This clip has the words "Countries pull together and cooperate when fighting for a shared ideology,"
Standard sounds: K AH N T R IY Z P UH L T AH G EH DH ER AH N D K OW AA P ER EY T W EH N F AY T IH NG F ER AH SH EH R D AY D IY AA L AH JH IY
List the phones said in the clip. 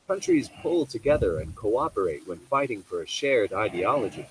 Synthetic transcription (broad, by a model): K AH N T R IY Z P UH L T AH G EH DH ER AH N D K OW AA P ER EY T W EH N F AY T IH NG F ER AH SH EH R D AY D IY AA L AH JH IY